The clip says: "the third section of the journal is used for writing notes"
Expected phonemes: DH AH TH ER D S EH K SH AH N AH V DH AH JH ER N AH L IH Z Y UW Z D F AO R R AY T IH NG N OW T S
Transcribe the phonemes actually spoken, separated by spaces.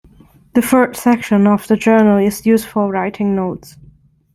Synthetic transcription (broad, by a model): DH AH F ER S S EH K SH AH N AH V DH AH JH ER N AH L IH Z Y UW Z F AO L R AY T IH NG N OW T S